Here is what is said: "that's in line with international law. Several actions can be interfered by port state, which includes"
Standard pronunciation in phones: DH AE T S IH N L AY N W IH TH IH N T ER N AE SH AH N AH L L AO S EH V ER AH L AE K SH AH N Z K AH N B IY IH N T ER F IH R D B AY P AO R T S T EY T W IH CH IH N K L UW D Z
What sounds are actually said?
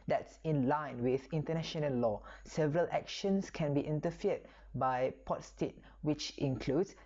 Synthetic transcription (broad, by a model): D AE T S IH N L AY N W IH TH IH N T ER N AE SH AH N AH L L AO S EH V ER AH L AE K SH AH N S K AH N B IY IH N T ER F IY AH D B AY P AO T S T EY T W IH CH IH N K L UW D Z